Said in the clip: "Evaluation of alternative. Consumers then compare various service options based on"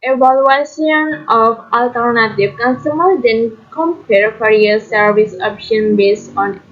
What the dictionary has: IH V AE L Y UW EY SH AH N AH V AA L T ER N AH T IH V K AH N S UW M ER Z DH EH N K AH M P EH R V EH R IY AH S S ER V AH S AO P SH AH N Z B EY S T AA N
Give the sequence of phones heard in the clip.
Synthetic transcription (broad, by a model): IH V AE L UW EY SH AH N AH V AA L T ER N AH T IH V K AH N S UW M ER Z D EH N K AH M P EH R F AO R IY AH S S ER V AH S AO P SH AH N B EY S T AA N